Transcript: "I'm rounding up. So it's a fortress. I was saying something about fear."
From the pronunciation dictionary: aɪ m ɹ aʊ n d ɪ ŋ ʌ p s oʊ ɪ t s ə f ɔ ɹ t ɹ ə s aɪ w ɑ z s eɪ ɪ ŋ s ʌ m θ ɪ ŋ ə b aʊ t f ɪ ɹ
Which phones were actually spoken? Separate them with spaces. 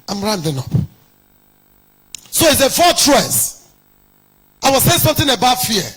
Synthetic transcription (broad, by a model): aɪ m ɹ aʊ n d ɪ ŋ ʌ p s oʊ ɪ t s ə f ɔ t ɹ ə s aɪ w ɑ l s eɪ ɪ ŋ s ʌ m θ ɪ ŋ ə b aʊ t f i